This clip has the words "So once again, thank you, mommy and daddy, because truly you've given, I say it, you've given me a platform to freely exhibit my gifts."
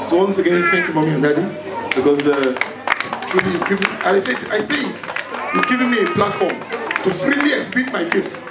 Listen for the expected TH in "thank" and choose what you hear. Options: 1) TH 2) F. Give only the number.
2